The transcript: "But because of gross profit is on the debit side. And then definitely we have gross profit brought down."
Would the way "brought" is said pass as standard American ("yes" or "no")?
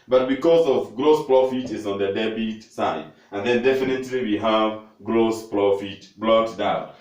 no